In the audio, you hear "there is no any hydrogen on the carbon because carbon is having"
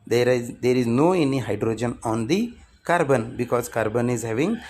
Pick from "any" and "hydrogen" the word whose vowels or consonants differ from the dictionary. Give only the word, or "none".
none